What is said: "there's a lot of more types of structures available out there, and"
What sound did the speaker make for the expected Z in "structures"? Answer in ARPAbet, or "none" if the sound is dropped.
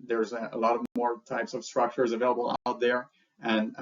Z